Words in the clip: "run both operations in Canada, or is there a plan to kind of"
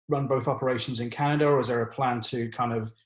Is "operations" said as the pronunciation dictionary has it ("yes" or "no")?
yes